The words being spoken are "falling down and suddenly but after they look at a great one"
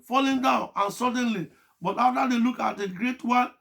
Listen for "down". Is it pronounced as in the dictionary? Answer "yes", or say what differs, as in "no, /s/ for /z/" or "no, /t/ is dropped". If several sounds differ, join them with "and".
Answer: yes